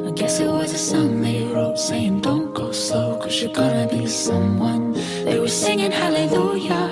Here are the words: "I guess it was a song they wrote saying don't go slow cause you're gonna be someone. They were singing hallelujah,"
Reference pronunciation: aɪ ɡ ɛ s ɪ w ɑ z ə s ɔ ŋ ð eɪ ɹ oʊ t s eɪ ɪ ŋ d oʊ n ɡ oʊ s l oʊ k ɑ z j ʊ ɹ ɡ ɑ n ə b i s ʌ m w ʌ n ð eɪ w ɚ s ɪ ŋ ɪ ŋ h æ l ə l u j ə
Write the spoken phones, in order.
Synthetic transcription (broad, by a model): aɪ ɡ ɛ s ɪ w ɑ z ə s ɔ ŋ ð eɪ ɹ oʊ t s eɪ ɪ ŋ d oʊ n ɡ oʊ s oʊ k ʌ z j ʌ ɹ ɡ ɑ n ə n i s ʌ m w ʌ n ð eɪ w ɚ s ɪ ŋ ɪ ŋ h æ l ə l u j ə